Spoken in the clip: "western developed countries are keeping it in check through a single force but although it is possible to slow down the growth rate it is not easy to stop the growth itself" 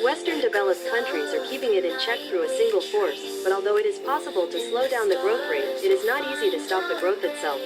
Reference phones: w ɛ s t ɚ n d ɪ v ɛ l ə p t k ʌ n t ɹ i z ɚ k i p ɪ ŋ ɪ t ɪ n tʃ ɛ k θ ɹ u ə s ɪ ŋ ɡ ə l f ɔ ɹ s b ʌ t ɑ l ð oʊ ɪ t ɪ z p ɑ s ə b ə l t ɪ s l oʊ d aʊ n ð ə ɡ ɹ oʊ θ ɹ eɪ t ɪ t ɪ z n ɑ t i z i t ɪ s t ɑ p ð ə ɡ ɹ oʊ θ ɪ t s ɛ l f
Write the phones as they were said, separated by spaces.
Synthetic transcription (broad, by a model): w ɛ s t ɚ n d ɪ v ɛ l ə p k ʌ n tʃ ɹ i z ɚ k i p ɪ ŋ ɪ t ɪ n tʃ ɛ k θ ɹ u ə s ɪ ŋ ɡ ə l f ɔ ɹ s b ʌ t ɑ l ð oʊ ɪ t ɪ z p ɑ s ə b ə l t ɪ s l oʊ d aʊ n ð ə ɡ ɹ oʊ θ ɹ eɪ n ɪ t ɪ z n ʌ t i z i t ɪ s t ɑ p ð ə ɡ ɹ oʊ θ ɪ t s ɛ l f